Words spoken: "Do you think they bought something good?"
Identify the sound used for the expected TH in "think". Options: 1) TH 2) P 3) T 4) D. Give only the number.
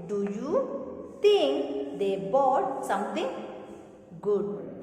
3